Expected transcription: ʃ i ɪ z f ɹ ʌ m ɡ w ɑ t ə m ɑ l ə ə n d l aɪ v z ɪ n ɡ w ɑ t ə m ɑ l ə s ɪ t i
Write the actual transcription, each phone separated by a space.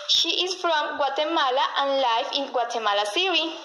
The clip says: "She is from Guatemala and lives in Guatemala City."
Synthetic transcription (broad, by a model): ʃ i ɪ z f ɹ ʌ m ɡ w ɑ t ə m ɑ l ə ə n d l aɪ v ɪ n ɡ w ɑ t ə m ɑ l ə s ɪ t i